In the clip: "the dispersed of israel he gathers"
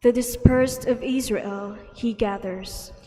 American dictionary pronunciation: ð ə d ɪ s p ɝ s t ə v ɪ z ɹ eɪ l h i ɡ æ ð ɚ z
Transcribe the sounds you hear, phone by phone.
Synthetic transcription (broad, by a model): ð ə d ɪ s p ɝ s t ə v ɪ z ɹ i l h i ɡ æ ð ɚ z